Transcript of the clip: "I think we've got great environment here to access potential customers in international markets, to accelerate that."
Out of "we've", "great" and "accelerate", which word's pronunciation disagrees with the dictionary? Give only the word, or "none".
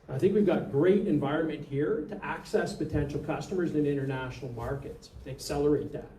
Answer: none